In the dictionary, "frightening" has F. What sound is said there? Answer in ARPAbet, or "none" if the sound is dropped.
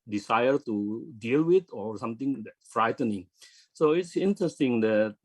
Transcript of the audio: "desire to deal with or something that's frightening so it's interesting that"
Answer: F